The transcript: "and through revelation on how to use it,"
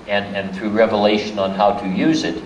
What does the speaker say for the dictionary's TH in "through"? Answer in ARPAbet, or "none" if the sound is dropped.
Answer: TH